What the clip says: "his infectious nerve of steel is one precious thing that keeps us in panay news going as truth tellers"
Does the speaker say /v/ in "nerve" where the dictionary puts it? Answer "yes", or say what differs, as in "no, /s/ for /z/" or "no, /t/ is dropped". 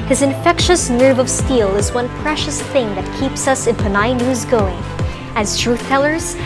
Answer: yes